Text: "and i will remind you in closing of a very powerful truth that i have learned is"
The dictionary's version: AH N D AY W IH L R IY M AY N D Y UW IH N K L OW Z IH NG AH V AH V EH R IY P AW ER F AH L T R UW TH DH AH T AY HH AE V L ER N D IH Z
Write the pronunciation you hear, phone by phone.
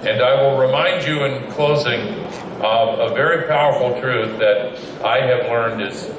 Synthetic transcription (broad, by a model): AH N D AY W IH L R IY M AY N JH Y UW IH N K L OW Z IH NG AH V AH V EH R IY P AW ER F L T R UW TH DH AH T AY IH V L ER N D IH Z